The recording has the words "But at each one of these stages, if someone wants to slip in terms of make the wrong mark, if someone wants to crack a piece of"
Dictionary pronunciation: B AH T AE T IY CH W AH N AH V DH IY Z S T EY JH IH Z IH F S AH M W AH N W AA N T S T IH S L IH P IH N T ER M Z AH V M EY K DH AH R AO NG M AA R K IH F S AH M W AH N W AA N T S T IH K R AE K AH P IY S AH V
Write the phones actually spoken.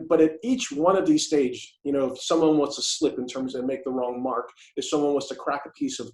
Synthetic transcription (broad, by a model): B AH T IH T IY CH W AH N AH V DH IY Z S T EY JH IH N IH F S AH M W AH N W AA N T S T IH S L IH P IH N T ER M Z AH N M EY K DH AH R AO NG M AA R K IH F S AH M W AH N W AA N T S T IH K R AE K AH P IY S AH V